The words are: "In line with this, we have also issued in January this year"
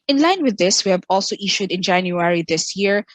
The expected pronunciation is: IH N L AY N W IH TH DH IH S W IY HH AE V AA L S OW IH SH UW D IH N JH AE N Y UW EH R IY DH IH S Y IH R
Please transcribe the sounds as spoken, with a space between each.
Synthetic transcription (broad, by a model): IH N L AY N W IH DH IH S W IY HH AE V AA L S OW IH SH UW D IH N JH AE N Y UW EH R IY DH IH S Y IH R